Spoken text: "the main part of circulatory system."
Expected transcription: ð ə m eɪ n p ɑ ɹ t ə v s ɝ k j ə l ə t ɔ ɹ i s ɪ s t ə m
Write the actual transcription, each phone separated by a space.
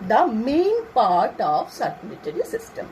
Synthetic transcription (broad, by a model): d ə m eɪ n p ɑ ɹ t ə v s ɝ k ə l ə t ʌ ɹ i s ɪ s t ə m